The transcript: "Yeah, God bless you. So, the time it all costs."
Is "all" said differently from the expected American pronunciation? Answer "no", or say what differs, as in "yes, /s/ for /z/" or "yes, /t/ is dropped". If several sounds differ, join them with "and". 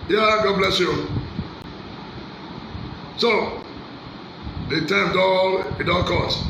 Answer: yes, /n/ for /l/